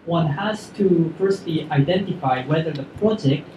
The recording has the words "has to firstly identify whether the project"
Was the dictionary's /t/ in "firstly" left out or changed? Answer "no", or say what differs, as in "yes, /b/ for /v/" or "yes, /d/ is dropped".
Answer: no